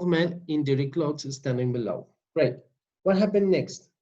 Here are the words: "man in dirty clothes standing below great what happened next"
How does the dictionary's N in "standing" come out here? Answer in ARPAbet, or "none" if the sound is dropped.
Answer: N